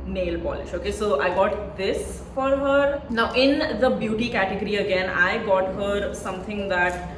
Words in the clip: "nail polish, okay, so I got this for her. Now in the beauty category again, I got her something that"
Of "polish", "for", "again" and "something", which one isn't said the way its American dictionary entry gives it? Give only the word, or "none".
something